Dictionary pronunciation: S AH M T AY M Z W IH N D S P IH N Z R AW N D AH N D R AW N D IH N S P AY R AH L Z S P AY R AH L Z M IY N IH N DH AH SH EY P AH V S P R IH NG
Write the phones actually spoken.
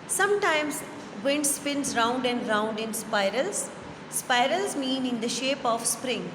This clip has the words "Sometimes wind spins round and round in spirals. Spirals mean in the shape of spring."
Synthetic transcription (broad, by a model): S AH M T AY M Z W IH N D S P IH N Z R AW N D AH N D R AW N D IH N S P AY R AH L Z S P AY R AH L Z M IY N IH N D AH SH EY P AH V S P R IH NG